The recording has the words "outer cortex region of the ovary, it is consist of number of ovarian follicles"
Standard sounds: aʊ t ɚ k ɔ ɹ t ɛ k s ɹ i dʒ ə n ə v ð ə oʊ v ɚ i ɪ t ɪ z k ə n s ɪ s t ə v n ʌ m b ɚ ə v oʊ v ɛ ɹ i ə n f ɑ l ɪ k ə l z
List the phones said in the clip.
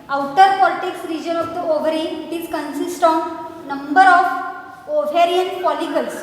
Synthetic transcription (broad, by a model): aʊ t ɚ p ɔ l t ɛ k s ɹ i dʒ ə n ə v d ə oʊ v ɚ i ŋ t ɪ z k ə n s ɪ s t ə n n ʌ m b ɚ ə f oʊ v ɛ ɹ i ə n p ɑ l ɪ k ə l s